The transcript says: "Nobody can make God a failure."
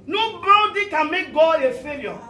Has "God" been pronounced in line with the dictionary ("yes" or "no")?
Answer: no